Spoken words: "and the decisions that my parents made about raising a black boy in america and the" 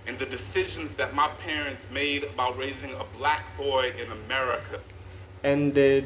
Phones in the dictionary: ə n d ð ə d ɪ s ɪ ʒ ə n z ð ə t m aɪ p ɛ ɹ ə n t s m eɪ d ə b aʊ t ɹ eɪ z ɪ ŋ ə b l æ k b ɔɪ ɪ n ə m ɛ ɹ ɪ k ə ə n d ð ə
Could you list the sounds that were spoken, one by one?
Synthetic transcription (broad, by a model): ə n ð ə d ɪ s ɪ ʒ ə n z ð ə t m aɪ p ɛ ɹ ə n t s m eɪ d ə b aʊ t ɹ eɪ z ɪ ŋ ə b l æ k b ɔɪ ɪ n ə m ɛ ɹ ɪ k ə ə n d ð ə